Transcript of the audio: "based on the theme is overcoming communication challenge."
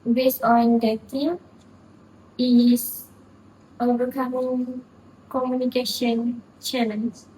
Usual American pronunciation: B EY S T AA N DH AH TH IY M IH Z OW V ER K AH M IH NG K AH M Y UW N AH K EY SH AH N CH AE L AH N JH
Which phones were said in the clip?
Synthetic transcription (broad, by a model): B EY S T AA N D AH T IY IH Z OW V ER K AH M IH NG K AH M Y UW N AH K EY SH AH N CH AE L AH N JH